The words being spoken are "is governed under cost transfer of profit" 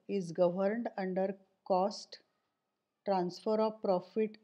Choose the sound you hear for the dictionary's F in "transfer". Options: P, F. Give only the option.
F